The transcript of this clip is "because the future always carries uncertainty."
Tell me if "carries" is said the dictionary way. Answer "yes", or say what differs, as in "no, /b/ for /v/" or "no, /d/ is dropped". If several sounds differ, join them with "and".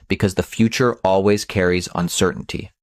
yes